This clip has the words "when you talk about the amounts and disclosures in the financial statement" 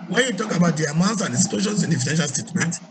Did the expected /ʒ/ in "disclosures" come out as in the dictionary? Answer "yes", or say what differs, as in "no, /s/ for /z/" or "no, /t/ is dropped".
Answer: no, /ʃ/ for /ʒ/